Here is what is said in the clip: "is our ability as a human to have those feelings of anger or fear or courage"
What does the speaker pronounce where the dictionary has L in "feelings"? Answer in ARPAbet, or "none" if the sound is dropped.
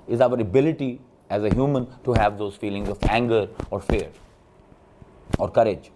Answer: L